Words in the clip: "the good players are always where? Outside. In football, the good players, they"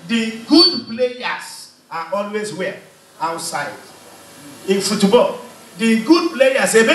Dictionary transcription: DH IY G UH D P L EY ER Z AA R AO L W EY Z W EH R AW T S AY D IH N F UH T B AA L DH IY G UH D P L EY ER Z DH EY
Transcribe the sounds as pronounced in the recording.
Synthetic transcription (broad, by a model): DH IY G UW D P L EY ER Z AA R AO L W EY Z W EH L AW T S AY D IH N F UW T B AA L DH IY G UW D P L EY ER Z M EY